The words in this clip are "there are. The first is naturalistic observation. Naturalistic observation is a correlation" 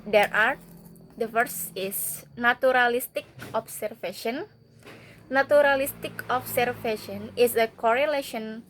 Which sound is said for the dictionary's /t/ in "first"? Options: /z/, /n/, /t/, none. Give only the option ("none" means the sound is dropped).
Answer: none